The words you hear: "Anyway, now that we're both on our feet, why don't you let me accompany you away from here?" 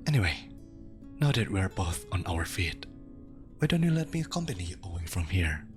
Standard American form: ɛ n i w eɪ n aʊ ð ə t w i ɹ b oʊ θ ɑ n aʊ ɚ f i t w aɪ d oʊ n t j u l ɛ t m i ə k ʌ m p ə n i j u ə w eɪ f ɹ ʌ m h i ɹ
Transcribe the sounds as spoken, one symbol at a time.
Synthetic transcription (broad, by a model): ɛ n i w eɪ n aʊ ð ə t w i ɹ b oʊ θ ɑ n aʊ ɚ f i t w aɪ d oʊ n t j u l ɛ t m i ə k ʌ m p ə n i ə w eɪ f ɹ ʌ m h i ɹ